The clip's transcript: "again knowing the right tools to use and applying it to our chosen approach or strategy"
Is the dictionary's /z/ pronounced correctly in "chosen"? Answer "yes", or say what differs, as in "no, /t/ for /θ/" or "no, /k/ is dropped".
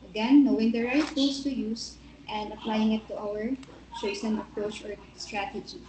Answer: no, /s/ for /z/